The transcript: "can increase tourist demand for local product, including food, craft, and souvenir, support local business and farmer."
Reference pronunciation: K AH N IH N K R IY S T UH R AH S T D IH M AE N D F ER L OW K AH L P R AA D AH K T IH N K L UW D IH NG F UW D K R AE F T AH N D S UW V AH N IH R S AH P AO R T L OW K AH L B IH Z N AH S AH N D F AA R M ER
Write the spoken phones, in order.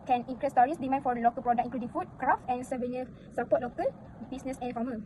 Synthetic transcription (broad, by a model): K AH N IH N K R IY S T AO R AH S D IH M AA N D F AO L OW K AH L P R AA D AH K IH K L UW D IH NG F UW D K R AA F T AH N S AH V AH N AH S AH P AO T L OW K AH L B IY S N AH S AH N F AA M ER